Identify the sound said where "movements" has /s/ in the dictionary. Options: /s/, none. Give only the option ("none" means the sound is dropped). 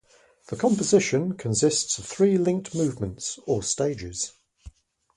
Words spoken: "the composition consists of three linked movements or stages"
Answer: /s/